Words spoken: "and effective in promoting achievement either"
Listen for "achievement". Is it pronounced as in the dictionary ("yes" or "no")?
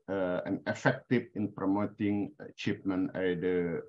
no